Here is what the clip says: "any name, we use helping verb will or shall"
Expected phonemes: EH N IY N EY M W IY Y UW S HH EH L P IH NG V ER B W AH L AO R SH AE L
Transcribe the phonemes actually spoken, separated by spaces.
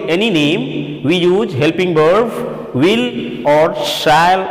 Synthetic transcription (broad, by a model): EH N IY N EY M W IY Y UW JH HH EH L P IH NG B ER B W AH L AO R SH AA L